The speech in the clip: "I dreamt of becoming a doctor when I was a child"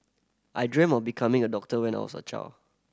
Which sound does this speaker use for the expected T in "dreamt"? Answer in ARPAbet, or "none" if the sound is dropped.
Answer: none